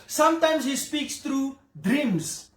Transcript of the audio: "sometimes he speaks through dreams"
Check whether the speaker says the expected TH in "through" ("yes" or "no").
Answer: no